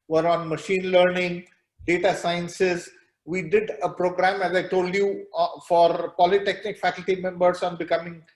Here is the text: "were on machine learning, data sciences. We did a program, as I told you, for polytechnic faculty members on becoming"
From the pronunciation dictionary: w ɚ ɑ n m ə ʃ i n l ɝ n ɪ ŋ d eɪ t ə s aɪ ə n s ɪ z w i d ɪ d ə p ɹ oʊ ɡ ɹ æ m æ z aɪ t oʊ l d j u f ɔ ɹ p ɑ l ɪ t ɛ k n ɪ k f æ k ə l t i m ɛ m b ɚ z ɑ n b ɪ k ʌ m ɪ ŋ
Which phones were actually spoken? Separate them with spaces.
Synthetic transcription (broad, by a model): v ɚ ɑ n m ə ʃ i n l ɝ n ɪ ŋ d eɪ t ə s aɪ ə n s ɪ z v i d ɪ d ə p ɹ oʊ ɡ ɹ æ m æ z aɪ t oʊ l d j u f ɔ ɹ p ɑ l ɪ t ɛ k n ɪ k f æ k ə l t i m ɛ m b ɚ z ɑ n b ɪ k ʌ m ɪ ŋ